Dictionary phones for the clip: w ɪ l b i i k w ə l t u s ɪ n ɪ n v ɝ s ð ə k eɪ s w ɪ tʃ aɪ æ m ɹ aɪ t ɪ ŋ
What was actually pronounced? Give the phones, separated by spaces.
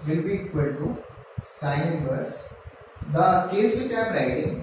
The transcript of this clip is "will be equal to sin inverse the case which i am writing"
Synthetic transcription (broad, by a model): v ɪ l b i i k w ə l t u s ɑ ɪ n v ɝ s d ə k eɪ s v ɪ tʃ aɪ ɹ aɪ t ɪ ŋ